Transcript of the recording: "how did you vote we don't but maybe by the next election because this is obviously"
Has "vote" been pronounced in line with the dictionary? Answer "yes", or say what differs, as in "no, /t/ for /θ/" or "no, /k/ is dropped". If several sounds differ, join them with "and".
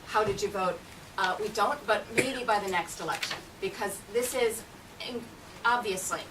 yes